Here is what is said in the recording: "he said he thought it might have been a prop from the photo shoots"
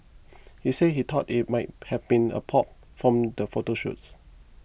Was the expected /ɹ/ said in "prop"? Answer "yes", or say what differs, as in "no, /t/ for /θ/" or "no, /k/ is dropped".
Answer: no, /ɹ/ is dropped